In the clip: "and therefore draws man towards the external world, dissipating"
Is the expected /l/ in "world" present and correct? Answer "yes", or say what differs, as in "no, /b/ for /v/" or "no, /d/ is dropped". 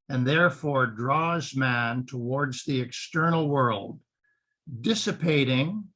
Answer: yes